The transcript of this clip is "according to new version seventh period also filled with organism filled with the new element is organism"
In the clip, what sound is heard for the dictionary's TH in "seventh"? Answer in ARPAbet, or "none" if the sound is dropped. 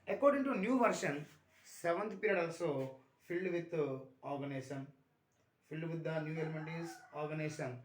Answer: T